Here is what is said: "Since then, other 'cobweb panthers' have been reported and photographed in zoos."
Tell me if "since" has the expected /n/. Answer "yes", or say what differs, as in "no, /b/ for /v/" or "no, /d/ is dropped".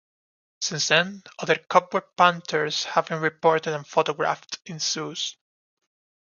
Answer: yes